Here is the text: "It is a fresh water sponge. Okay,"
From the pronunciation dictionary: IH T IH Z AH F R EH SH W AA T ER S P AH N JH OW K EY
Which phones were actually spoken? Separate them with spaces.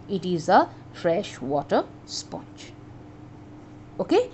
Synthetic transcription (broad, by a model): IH T IH Z AH F R EH SH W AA T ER S P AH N CH OW K EY